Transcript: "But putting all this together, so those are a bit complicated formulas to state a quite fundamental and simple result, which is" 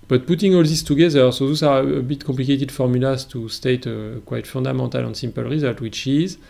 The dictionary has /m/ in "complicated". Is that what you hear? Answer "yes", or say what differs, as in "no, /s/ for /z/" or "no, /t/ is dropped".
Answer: no, /m/ is dropped